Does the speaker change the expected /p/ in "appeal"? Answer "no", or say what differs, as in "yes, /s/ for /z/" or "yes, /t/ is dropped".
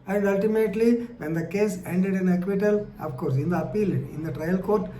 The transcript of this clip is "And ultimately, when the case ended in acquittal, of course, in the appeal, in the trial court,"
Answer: no